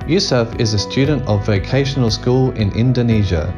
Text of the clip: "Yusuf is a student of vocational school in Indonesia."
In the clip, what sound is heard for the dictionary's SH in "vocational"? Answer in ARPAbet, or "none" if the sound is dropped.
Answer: SH